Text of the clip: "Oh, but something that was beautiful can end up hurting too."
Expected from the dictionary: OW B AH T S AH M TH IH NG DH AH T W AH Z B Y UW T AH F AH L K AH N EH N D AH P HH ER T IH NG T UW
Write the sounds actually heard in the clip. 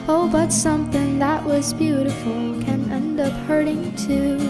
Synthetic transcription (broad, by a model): OW B AH T S AH M TH IH NG DH AH T W AH Z B Y UW T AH F L K AH N EH N D AH P HH ER T IH NG T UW